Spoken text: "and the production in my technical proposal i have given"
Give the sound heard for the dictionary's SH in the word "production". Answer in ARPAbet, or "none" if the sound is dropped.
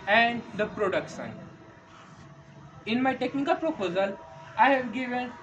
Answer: S